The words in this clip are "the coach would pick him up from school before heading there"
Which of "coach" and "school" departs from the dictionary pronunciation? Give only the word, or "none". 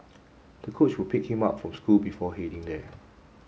none